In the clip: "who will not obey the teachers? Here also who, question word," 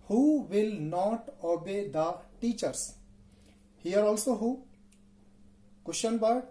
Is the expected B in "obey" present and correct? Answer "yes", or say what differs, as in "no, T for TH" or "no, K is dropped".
yes